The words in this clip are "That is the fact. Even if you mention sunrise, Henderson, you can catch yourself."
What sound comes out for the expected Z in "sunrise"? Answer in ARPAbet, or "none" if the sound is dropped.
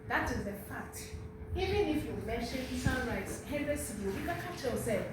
S